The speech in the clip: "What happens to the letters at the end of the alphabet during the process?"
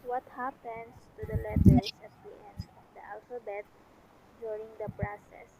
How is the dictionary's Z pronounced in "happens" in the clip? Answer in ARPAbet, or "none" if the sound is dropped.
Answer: S